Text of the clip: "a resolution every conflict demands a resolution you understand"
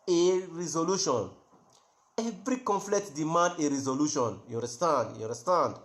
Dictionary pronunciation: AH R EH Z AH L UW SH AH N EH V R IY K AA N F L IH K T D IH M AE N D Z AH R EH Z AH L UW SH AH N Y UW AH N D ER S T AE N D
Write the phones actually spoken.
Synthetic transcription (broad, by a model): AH R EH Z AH L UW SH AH N EH V R IY K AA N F L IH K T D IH M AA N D AH R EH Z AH L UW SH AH N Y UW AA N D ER S T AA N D